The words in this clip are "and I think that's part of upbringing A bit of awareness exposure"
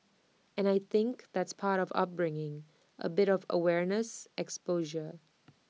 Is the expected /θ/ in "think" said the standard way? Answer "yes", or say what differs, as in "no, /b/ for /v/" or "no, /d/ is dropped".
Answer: yes